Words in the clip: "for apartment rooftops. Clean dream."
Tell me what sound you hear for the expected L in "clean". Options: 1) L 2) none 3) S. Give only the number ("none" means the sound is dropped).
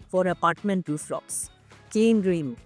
2